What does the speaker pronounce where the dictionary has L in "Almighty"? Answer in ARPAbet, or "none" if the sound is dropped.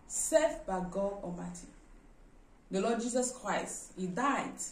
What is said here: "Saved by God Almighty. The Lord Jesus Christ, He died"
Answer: none